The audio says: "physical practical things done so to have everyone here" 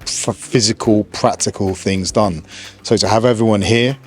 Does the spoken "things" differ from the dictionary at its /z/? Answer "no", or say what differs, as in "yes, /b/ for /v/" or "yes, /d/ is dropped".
no